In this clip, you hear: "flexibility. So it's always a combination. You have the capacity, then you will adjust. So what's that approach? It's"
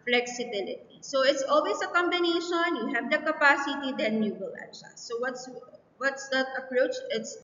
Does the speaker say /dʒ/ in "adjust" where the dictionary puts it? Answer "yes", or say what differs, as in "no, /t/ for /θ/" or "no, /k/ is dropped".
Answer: no, /ʃ/ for /dʒ/